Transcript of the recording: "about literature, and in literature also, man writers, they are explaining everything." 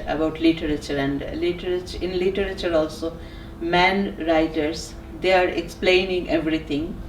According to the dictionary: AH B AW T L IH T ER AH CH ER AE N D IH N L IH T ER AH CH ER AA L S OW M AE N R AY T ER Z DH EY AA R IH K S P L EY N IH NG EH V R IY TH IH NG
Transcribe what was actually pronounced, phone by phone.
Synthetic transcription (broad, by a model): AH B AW T L IH T ER AH CH ER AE N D IH N L IH T ER AH CH ER AA L S OW M AE N R AY T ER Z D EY AA R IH K S P L EY N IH NG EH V R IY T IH NG